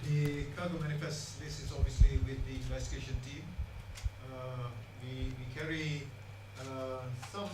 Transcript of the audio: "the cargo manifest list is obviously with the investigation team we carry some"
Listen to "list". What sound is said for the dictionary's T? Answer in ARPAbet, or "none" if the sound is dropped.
none